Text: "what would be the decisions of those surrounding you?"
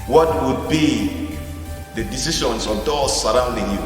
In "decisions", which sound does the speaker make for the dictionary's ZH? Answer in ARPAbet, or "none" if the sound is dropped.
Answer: SH